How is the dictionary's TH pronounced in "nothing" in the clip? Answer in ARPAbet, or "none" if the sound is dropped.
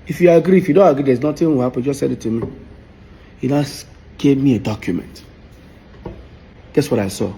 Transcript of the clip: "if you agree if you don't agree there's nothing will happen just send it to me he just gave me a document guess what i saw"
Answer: T